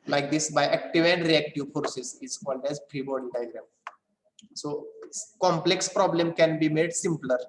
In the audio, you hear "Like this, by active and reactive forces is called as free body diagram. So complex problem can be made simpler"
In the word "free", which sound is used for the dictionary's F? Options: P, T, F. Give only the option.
P